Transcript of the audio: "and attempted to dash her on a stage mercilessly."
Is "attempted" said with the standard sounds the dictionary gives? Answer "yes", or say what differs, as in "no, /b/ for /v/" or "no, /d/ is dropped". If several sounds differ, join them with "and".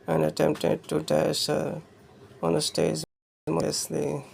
yes